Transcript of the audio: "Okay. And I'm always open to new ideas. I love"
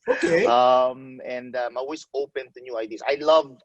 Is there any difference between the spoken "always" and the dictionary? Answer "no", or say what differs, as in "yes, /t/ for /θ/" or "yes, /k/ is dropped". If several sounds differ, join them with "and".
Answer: yes, /s/ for /z/